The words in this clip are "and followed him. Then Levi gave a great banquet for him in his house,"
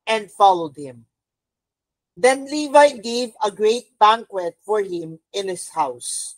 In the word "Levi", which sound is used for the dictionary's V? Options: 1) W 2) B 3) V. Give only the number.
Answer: 3